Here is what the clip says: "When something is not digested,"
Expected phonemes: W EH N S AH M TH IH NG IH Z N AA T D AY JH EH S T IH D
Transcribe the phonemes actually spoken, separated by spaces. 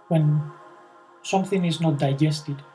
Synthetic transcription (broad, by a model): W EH N S AH M TH IH NG IH Z N AA T D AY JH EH S T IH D